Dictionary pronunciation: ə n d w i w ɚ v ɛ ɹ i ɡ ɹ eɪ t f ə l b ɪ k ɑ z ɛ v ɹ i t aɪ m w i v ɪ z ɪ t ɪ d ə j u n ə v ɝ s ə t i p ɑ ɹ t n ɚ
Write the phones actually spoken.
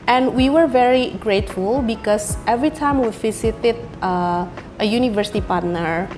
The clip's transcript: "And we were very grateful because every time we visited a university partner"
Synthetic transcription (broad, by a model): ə n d w i w ɚ v ɛ ɹ i ɡ ɹ eɪ t f ə l b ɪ k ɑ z ɛ v ɹ i t aɪ m w i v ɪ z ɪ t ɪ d ə j u n ə v ɝ s ə t i p ɑ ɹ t n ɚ